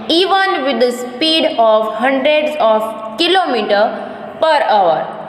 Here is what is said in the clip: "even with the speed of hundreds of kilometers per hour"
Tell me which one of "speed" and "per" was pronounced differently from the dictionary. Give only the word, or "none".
none